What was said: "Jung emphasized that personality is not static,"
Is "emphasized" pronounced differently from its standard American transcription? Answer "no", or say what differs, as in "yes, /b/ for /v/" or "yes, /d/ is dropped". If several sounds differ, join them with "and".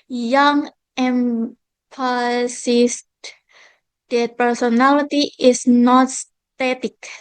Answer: yes, /p/ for /f/ and /s/ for /z/